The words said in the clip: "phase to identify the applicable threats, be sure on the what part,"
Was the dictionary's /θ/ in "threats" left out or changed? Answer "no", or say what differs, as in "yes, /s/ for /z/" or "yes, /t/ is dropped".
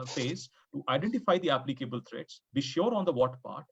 yes, /t/ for /θ/